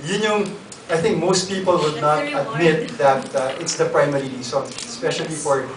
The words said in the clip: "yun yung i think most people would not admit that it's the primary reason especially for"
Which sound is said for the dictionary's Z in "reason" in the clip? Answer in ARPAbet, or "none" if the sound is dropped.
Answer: S